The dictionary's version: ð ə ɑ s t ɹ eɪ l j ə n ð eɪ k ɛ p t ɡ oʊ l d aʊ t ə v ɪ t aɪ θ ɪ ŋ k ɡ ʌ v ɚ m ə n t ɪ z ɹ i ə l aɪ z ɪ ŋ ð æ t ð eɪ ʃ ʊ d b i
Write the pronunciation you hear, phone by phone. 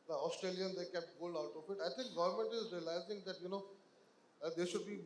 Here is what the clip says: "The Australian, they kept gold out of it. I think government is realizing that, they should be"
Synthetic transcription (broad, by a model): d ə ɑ s t ɹ eɪ l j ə n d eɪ k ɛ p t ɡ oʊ l aʊ t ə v ɪ t aɪ t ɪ ŋ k ɡ ʌ v ɚ m ə n t ɪ z ɹ i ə l aɪ z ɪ ŋ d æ t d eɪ ʃ ʊ d b i